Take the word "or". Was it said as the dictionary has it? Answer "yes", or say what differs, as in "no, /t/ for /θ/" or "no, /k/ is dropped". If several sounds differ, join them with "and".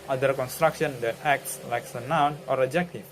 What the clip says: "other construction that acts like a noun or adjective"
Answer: yes